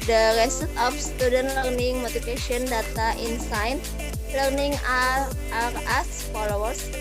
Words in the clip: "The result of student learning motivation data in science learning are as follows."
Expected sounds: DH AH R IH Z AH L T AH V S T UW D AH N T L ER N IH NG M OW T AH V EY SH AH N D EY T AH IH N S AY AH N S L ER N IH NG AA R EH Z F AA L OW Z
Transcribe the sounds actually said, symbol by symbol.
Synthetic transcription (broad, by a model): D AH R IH S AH T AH F S T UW D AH N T L ER N IH NG M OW T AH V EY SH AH N D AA T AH IH N S AY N L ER N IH NG AA R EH S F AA L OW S